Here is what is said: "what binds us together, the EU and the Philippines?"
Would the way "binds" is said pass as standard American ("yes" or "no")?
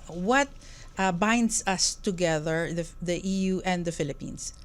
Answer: no